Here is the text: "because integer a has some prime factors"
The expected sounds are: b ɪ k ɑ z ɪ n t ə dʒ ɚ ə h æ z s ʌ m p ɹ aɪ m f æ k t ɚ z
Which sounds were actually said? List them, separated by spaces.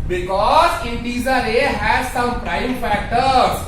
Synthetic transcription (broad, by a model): b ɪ k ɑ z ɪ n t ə z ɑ ə h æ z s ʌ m p ɹ aɪ m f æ k t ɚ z